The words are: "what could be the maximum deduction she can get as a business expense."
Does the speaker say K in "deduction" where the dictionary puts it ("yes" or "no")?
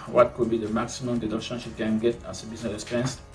no